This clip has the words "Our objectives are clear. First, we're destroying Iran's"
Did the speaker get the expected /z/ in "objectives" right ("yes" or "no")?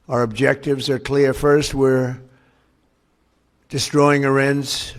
yes